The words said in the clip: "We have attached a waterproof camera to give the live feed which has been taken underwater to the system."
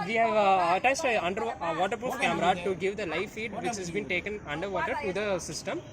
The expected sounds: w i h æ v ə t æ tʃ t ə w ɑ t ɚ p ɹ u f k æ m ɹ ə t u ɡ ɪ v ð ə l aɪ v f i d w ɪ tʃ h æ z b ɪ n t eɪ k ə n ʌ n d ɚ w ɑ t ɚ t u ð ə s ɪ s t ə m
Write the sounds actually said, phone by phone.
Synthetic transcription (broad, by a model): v i h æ v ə t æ s t ə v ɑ t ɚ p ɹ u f k æ m ɹ ə t u ɡ ɪ v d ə l aɪ f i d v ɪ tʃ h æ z b ɪ n t eɪ k ə n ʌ n d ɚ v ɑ t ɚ t u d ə s ɪ s t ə m